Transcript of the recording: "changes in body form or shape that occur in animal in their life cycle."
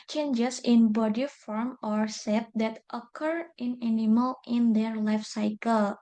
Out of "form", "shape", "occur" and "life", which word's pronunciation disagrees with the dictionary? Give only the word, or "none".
shape